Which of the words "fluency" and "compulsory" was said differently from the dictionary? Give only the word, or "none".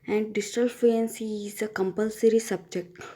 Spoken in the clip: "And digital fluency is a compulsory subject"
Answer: fluency